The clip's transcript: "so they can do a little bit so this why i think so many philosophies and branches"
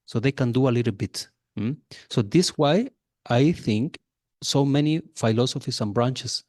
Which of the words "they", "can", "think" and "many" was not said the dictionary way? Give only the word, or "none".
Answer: none